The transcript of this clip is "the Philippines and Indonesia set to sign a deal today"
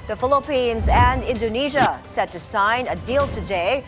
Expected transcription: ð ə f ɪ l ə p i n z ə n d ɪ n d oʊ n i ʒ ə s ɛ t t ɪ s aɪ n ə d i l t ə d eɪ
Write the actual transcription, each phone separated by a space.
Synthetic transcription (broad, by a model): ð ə f ɪ l ə p i n z ə n d ɪ n d oʊ n i ʒ ə s ɛ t t ɪ s aɪ n ə d i l t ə d eɪ